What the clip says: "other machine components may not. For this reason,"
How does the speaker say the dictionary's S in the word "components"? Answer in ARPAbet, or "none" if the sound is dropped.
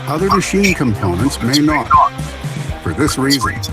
S